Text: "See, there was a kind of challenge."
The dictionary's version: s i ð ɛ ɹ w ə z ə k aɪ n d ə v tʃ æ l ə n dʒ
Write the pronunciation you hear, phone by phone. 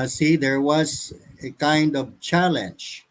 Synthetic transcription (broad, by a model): s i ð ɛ ɹ w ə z ə k aɪ n d ə v tʃ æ l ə n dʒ